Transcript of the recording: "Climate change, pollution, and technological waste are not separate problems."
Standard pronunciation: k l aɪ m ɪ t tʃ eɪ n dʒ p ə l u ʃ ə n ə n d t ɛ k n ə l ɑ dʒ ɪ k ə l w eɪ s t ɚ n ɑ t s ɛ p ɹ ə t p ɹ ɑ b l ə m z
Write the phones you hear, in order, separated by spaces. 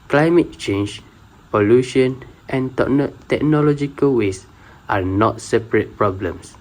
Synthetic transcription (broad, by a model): k l aɪ m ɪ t tʃ eɪ n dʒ p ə l u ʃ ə n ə n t t ɛ k n ə l ɑ dʒ ɪ k ə l w eɪ s t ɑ n ɑ t s ɛ p ɹ ə t p ɹ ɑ b l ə m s